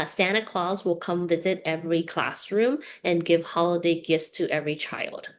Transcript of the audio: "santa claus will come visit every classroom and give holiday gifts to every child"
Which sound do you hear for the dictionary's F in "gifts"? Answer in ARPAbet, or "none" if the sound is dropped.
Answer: F